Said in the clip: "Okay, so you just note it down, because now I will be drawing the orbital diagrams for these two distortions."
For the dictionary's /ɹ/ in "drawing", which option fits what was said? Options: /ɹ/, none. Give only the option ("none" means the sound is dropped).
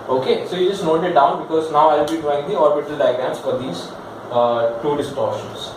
none